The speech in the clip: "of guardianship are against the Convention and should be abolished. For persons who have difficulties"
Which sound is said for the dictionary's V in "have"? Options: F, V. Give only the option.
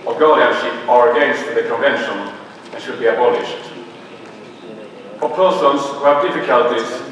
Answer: V